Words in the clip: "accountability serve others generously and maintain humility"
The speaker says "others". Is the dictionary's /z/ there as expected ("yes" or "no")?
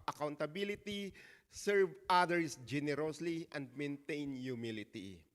no